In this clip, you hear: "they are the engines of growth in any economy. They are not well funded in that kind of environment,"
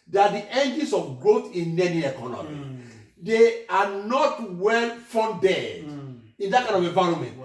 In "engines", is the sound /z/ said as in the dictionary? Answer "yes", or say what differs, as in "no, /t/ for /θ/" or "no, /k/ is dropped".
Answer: no, /s/ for /z/